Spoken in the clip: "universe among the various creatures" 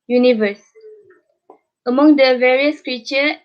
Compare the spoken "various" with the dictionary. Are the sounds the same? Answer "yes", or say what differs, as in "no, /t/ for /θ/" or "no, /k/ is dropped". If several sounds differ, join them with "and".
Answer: yes